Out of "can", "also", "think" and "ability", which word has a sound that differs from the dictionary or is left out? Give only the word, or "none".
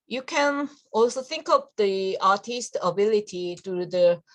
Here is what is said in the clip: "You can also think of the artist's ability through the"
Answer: none